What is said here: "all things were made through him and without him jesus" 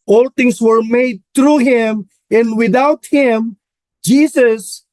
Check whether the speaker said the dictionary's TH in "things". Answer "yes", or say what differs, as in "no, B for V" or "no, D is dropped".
no, T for TH